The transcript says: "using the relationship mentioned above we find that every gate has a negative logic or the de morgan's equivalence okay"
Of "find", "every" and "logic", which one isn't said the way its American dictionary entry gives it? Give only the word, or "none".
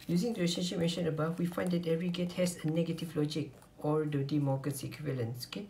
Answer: none